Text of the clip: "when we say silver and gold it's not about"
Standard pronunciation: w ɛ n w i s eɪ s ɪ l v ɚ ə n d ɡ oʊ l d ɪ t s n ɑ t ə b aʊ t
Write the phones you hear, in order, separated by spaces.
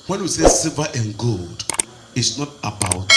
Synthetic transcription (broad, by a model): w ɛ n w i s eɪ s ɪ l v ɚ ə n ɡ oʊ l d ɪ t s n ɑ t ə b aʊ t